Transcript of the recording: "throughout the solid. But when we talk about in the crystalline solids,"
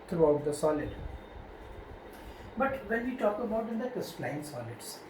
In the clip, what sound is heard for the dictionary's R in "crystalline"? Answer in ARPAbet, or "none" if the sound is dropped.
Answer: none